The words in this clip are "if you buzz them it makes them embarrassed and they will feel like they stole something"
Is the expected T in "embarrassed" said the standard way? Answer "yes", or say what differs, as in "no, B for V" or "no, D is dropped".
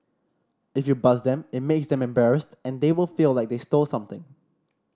yes